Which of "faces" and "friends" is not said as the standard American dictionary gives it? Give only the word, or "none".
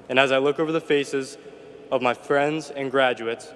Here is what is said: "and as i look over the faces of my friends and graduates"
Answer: none